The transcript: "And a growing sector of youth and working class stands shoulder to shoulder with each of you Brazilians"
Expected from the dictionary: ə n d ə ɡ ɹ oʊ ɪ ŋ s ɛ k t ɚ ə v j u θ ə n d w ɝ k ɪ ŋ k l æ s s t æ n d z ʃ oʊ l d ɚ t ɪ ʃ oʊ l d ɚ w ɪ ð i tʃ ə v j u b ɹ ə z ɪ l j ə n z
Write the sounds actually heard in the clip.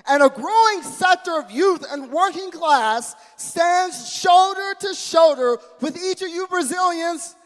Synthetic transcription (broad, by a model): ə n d ə ɡ ɹ oʊ ɪ ŋ s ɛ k t ɚ ə v j u θ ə n w ɝ k ɪ ŋ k l æ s s t æ n d z ʃ oʊ l d ɚ t ɪ ʃ oʊ l d ɚ w ɪ ð i tʃ ə v j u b ɹ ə z ɪ l j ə n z